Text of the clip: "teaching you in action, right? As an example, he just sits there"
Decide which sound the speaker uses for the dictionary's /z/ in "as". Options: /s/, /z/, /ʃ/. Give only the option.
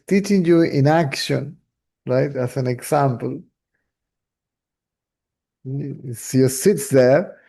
/s/